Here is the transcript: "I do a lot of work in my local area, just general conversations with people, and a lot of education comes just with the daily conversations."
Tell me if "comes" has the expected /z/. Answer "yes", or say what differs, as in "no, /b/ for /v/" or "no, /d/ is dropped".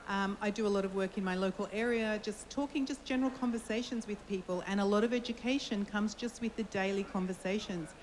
yes